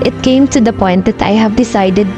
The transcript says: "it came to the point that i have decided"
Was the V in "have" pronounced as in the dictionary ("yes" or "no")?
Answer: yes